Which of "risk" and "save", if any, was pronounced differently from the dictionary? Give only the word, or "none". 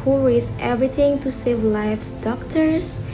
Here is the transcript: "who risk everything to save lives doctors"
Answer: risk